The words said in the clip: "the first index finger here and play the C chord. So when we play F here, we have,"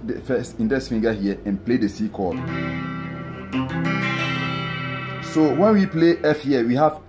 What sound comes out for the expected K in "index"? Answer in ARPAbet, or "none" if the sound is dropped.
none